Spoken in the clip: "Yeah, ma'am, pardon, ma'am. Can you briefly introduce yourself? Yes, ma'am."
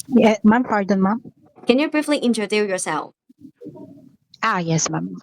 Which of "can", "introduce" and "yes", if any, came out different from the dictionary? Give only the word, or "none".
introduce